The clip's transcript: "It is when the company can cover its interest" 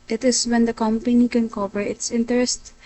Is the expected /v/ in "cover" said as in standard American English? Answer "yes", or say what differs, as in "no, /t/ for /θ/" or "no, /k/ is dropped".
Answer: no, /p/ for /v/